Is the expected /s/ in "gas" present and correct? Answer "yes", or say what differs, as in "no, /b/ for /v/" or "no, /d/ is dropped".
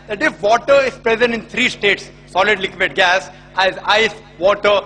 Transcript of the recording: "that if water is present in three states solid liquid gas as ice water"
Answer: yes